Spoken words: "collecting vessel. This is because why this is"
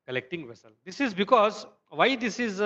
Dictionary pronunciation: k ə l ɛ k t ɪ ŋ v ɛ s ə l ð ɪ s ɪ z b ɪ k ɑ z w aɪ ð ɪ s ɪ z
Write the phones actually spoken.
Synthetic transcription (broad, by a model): k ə l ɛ k t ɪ ŋ v ɛ s ə l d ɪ s ɪ z b ɪ k ɑ z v aɪ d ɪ s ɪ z